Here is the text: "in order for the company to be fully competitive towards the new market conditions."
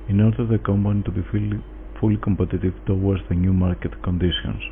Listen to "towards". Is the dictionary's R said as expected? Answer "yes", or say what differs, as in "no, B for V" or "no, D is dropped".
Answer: no, W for R